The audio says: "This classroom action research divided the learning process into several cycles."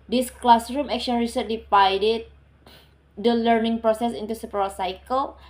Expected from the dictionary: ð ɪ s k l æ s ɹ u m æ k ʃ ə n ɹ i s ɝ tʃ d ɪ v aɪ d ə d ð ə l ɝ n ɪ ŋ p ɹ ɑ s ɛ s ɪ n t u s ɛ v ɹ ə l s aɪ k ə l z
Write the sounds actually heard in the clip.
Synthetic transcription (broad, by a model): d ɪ s k l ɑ s ɹ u m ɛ k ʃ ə n ɹ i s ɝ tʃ d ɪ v aɪ d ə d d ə l ɝ n ɪ ŋ p ɹ ɑ s ɛ s ɪ n t u s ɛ p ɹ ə s aɪ k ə l